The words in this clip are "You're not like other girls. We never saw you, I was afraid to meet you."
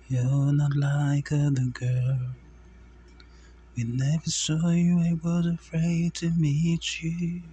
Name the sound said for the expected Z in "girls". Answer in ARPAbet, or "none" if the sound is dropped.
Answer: none